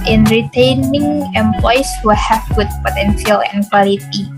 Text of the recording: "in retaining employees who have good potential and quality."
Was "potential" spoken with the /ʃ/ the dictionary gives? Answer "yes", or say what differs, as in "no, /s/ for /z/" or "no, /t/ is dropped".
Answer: no, /s/ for /ʃ/